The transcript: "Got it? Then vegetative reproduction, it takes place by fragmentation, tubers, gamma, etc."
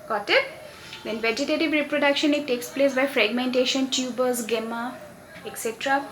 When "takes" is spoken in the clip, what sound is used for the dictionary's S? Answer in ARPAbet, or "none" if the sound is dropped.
S